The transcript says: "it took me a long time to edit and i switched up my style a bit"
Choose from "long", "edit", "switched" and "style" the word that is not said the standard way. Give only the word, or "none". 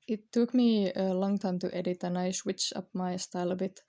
switched